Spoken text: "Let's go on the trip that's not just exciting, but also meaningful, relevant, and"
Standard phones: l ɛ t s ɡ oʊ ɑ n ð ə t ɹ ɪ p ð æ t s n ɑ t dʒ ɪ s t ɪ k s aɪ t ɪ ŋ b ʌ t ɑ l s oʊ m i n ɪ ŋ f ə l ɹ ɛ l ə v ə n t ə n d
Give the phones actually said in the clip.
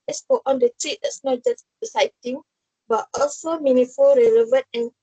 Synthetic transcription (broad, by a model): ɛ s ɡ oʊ ɑ n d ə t ɹ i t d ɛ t s n ɑ t dʒ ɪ s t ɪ s aɪ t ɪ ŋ b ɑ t ɑ l s oʊ m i n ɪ f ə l ɹ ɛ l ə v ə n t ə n